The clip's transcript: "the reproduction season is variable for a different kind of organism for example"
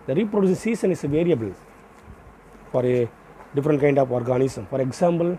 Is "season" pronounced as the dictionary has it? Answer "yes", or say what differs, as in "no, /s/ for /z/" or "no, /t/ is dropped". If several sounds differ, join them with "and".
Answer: no, /s/ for /z/